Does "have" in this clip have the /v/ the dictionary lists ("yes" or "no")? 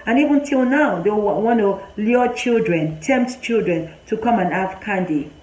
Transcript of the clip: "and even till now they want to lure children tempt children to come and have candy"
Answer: no